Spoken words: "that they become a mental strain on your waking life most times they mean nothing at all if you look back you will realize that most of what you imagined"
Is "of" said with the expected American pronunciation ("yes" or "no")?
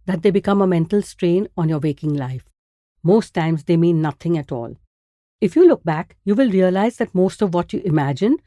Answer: yes